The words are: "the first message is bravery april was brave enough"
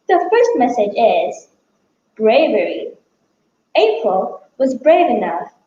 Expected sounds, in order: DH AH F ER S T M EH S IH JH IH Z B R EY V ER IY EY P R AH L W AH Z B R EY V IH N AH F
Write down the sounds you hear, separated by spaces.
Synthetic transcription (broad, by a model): DH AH F ER S T M EH S IH JH IH Z B R EY V ER IY EY P R AH L W AH Z B R EY V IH N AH F